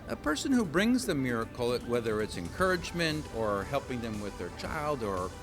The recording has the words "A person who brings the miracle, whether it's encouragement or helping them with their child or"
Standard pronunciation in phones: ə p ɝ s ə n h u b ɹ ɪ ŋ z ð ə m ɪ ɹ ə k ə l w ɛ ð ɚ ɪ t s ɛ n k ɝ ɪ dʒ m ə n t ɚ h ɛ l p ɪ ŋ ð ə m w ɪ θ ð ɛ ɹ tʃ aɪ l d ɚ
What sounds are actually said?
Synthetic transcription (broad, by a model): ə p ɝ s ə n h u b ɹ ɪ ŋ z ð ə m ɪ ɹ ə k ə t w ɛ ð ɚ ɪ t s ɛ n k ɝ ɪ dʒ m ə n t ɚ h ɛ l p ɪ ŋ ð ə m w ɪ ð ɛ ɹ tʃ aɪ l d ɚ